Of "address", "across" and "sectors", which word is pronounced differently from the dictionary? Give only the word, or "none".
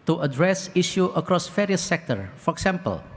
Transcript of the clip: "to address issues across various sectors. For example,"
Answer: sectors